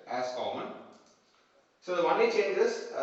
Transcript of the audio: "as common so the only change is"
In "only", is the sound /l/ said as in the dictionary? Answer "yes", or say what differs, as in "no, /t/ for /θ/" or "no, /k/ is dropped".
no, /l/ is dropped